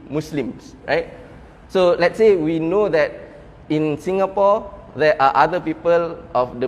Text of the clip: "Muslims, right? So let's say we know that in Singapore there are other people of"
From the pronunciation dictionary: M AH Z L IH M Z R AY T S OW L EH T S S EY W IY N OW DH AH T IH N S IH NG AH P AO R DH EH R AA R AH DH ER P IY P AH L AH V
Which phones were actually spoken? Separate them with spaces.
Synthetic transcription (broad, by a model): M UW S L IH M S R AY T S OW L EH T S S EY W IY N OW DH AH T IH N S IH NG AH P AO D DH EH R AA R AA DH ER P IY P AH L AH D